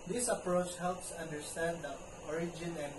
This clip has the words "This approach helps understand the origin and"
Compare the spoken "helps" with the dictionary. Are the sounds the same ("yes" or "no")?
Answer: yes